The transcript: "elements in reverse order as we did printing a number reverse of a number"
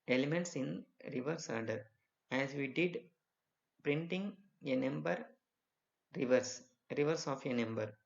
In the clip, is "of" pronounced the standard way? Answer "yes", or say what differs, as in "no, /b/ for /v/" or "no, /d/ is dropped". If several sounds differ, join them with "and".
yes